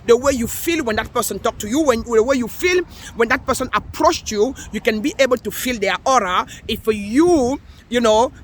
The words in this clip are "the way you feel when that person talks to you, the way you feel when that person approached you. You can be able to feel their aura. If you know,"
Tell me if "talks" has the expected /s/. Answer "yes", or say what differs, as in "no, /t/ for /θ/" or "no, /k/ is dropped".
no, /s/ is dropped